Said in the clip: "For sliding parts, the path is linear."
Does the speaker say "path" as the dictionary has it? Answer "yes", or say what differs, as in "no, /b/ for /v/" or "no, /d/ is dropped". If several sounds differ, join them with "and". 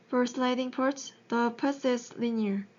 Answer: no, /s/ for /θ/